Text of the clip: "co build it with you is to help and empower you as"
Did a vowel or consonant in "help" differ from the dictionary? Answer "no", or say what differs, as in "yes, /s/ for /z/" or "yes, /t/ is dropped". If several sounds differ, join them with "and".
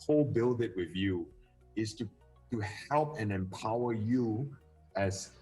no